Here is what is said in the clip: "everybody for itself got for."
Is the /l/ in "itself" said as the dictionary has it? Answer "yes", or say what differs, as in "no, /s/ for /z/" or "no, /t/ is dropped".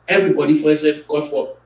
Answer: no, /l/ is dropped